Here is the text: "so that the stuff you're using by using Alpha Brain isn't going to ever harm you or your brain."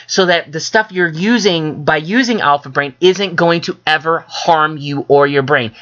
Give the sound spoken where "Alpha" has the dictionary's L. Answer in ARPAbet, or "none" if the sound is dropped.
L